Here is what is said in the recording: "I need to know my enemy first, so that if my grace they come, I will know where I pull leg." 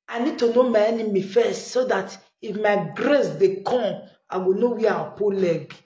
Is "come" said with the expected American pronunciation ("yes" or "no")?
no